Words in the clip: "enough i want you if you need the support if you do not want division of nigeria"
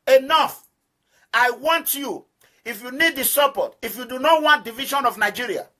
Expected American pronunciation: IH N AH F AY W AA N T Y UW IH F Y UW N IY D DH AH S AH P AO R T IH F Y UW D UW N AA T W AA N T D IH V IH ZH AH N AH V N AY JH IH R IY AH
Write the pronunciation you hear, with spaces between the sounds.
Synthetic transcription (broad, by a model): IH N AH F AY W AA N T Y UW IH F Y UW N IY D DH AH S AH P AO T IH F Y UW D UW N AA T W AA N T D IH V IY SH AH N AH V N AY JH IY R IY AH